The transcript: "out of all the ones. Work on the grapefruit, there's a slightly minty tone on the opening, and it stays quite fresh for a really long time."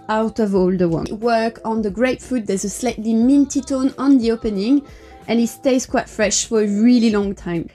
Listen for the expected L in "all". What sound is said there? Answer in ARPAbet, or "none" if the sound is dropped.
L